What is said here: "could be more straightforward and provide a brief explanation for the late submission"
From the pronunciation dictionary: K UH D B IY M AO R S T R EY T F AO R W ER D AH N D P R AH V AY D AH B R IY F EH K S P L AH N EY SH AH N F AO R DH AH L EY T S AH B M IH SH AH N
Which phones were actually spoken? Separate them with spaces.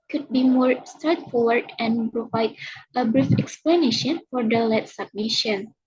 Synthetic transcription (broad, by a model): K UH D B IY M AO R S T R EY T F AO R W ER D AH N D P R AH V AY D AH B R IY F EH K S P L AH N EY SH AH N F AO R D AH L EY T S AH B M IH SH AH N